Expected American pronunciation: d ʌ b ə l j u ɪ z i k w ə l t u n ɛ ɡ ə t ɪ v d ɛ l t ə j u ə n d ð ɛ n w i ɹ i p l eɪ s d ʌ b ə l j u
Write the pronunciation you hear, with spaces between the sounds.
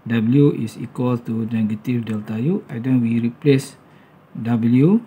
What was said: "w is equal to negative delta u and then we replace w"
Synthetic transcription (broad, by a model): d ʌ b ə l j u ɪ s i k w ə l t u n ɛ ɡ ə t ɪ f d ɛ l t ə j u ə d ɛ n w i ɹ i p l eɪ s d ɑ b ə l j u